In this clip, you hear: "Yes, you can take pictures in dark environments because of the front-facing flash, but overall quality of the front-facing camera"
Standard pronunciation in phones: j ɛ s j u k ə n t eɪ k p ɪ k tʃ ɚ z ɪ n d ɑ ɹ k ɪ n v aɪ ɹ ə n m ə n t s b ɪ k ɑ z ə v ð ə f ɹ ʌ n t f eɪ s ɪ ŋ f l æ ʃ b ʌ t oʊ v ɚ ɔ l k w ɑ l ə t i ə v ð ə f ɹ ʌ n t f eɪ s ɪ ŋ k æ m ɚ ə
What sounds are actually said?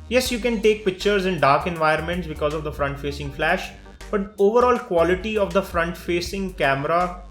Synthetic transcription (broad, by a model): j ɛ s j u k ə n t eɪ k p ɪ k tʃ ɚ z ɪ n d ɑ ɹ k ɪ n v aɪ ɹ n m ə n t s b ɪ k ɑ z ə v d ə f ɹ ʌ n t f eɪ s ɪ ŋ f l æ ʃ b ʌ t oʊ v ɚ ɔ l k w ɑ l ə t i ə v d ə f ɹ ʌ n t f eɪ s ɪ ŋ k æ m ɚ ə